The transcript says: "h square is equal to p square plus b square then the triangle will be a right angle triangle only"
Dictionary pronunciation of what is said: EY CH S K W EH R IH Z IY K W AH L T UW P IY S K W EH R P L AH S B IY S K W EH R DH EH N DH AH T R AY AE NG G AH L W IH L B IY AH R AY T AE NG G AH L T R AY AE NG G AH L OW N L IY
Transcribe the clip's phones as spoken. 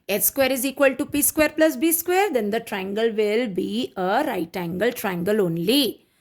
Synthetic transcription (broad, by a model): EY S K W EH R IH Z IY K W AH L T UW P IY S K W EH R P L AH S B IY S K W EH R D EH N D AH T R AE NG G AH L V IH L B IY AH R AY T AE NG G AH L T R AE NG G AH L OW N L IY